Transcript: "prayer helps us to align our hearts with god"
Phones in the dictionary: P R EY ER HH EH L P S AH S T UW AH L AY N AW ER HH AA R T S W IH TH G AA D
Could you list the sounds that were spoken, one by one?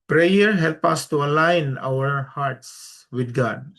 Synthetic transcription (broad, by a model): P R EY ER HH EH L P AH S T UW AH L AY N AW ER HH AA R T S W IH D G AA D